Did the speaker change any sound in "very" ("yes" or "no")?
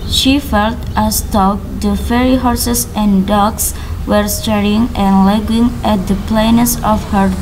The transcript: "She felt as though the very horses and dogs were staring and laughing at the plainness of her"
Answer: yes